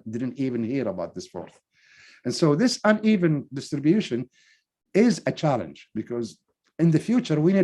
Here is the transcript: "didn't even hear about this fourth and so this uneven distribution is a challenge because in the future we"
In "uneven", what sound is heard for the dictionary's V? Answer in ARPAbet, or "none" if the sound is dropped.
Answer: V